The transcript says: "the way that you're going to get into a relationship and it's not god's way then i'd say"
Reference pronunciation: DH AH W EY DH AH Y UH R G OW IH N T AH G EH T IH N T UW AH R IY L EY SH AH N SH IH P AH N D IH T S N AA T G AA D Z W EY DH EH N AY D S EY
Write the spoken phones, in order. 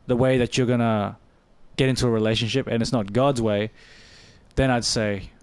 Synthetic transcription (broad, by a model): DH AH W EY DH AH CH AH R G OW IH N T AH G EH T IH N T UW AH R IY L EY SH AH N SH IH P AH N IH T S N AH T G AA D Z W EY DH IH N AY D S EY